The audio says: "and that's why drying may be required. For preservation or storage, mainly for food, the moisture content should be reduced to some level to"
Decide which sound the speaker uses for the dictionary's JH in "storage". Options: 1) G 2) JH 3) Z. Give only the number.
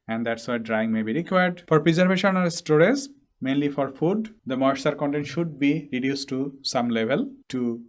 3